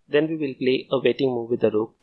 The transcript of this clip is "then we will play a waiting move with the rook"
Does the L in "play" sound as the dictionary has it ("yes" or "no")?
yes